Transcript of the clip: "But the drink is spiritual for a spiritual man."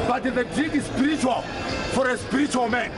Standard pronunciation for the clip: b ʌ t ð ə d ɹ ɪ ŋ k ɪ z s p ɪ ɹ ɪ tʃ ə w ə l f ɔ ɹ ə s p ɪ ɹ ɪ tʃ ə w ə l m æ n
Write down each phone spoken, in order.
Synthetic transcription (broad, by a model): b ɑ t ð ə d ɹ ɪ k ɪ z s p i ɹ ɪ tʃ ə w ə l f ɔ ɹ ə s p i ɹ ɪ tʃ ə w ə l m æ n